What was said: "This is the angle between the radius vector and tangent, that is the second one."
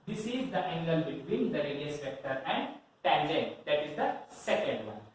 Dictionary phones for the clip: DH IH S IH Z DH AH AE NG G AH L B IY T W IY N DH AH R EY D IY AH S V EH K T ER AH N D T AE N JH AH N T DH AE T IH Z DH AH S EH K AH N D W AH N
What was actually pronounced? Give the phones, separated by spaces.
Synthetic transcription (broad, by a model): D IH S IH Z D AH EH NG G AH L B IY T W IY N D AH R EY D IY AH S P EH K T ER AH N D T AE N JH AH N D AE T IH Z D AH S EH K AH N D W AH N